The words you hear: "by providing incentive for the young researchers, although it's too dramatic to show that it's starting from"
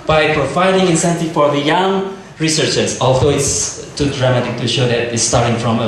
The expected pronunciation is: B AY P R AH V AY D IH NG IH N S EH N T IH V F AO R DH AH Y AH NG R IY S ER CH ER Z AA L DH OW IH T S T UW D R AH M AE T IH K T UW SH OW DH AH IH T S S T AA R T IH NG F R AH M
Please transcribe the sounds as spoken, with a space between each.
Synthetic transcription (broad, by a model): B AY P R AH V AY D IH NG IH N S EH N T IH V F AO R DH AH Y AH NG R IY S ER CH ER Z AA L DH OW IH T S T UW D R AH M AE T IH K T UW SH OW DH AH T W S T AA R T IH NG F R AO M